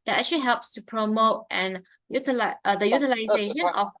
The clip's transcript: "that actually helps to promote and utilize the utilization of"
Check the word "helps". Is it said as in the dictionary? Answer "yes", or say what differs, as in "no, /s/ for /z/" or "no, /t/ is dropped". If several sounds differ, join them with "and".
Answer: yes